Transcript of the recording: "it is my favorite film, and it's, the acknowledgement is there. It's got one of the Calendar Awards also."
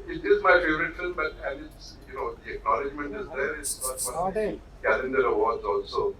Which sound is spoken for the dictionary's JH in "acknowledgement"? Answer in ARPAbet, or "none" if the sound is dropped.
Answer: JH